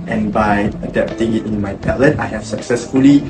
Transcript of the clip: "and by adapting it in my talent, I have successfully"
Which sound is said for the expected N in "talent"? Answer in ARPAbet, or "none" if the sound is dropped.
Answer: none